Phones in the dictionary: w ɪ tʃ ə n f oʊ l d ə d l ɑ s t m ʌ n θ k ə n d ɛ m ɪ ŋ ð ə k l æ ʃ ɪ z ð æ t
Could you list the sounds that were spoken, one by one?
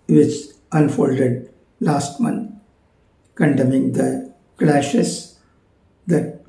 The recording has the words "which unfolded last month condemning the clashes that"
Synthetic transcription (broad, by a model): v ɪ tʃ ə n f oʊ l d ə d l ɑ s t m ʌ n t k ə n d ɛ m ɪ ŋ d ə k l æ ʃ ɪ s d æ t